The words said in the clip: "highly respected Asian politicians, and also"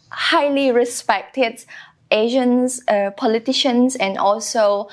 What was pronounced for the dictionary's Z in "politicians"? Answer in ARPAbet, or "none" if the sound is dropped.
S